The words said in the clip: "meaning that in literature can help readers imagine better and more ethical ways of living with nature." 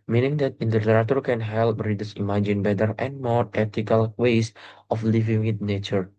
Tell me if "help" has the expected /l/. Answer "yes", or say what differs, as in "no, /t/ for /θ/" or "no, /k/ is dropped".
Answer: yes